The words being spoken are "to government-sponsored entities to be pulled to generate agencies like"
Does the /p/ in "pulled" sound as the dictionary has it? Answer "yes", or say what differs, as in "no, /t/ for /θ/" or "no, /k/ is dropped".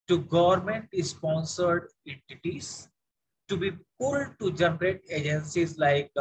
yes